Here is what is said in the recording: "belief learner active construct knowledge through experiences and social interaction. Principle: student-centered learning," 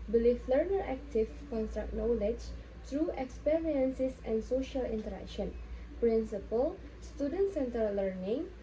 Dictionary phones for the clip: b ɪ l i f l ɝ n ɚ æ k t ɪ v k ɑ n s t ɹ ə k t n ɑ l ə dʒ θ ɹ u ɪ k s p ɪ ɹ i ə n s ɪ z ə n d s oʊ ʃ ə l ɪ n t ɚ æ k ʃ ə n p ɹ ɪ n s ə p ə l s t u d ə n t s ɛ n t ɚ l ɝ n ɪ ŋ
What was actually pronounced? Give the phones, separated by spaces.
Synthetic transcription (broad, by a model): b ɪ l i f l ɝ n ɚ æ k t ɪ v k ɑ n s t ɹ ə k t n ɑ l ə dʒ t ɹ u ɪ k s p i ɹ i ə n s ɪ s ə n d s oʊ ʃ ə l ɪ n t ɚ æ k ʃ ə n p ɹ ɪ n s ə p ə l s t u d ə n t s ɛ n t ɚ l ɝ n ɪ ŋ